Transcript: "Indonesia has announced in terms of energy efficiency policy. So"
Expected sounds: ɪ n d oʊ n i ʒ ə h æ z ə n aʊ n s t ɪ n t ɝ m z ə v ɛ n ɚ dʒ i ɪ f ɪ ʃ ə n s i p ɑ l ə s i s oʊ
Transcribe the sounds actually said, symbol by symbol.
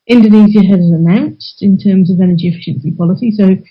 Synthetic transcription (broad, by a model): ɪ n d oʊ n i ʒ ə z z ə n aʊ n s t ɪ n t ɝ m z ə v ɛ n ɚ dʒ i ɪ f ɪ ʃ ə n s i p ɑ l ə s i s oʊ